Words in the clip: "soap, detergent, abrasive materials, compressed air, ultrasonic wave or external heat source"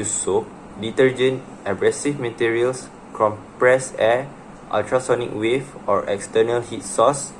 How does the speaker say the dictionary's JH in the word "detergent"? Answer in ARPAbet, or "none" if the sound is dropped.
JH